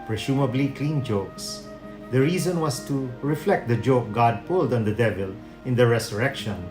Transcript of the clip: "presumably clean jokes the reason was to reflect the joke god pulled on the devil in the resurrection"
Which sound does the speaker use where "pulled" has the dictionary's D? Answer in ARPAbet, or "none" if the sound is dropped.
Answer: D